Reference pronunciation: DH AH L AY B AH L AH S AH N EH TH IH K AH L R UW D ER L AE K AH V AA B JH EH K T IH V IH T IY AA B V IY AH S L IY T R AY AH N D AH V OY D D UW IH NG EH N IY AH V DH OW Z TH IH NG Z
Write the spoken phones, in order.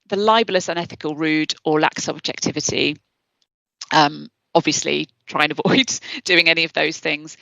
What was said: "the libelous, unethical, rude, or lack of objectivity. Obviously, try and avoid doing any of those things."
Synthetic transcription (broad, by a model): DH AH L AY B AH L AH S AH N EH TH IH K AH L R UW D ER L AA K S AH B JH EH K T IH V IH T IY AA B V IY AH S L IY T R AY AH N AH V OY D D UW IH NG EH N IY AH V DH OW Z TH IH NG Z